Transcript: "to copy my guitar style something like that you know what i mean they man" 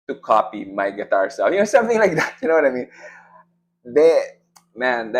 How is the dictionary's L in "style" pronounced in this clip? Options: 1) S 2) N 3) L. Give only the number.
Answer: 2